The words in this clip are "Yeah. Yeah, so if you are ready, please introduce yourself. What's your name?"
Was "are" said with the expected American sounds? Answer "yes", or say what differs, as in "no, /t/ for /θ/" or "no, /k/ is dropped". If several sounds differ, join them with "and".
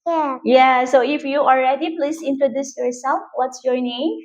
no, /l/ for /ɹ/